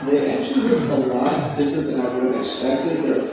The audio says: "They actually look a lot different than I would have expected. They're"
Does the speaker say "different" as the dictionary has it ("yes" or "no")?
yes